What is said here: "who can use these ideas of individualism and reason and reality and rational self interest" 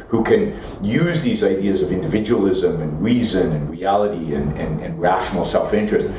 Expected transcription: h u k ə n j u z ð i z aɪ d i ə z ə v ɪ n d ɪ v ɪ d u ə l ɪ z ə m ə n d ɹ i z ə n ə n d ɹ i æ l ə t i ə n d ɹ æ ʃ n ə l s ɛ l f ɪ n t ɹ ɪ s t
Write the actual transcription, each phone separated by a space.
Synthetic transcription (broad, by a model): h u k ə n j u z ð i z aɪ d i ə z ə v ɪ n d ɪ v ɪ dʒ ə l ɪ z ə m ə n ɹ i z ə n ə n ɹ i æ l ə t i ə n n ɹ æ ʃ n l s ɛ l f ɪ n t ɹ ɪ s t